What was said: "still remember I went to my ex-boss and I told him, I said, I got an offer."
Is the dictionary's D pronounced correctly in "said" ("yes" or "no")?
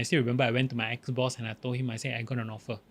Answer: no